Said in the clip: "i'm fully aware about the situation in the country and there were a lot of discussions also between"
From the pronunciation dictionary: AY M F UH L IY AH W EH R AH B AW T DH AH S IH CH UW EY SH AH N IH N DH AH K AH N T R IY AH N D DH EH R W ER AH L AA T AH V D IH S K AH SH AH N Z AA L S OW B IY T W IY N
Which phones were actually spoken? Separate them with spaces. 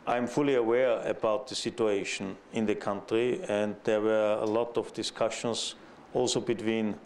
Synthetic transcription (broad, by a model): AY M F UH L IY AH W EH R AH B AW T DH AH S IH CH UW EY SH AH N IH N DH AH K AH N T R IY AH N D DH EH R W ER AH L AA T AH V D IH S K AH SH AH N S AA L S OW B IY T W IY N